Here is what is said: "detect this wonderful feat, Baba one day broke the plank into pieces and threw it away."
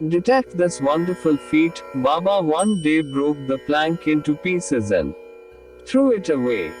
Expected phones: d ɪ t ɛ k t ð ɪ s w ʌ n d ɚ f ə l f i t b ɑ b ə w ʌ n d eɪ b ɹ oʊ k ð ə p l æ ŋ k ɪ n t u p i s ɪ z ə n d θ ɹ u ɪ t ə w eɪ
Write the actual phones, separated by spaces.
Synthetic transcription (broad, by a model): d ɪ t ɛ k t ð ɪ s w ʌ n d ɚ f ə l f i t b ɑ b ə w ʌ n d eɪ b ɹ oʊ k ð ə p l æ ŋ k ɪ n t u p i s ɪ z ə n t ɹ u ɪ t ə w eɪ